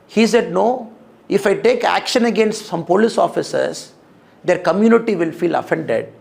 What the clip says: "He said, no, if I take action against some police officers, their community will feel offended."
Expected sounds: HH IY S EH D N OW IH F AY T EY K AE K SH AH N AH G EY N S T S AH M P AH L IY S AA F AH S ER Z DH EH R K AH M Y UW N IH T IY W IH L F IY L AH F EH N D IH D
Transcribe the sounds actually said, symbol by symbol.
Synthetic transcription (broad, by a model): HH IY S EH D N OW IH F AY T EY K AE K SH AH N AH G EY N S T S AH M P AH L IY S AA F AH S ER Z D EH R K AH M Y UW N IH T IY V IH L F IY L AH F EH N D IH D